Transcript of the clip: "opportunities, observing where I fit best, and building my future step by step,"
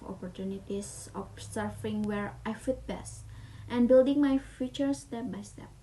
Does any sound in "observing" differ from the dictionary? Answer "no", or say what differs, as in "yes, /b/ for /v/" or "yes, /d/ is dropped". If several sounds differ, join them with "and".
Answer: yes, /v/ is dropped